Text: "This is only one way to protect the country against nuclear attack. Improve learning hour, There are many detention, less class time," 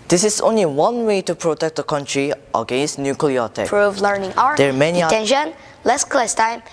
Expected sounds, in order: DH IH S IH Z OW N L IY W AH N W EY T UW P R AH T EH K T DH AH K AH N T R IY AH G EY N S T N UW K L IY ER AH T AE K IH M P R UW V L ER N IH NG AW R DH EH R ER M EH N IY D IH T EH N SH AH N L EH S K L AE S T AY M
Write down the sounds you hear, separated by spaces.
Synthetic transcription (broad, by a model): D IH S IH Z OW N L IY W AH N W EY T UW P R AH T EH K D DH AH K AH N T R IY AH G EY N S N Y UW K L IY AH T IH P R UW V L ER N IH NG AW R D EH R M EH N IY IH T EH N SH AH N L EH S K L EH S T AY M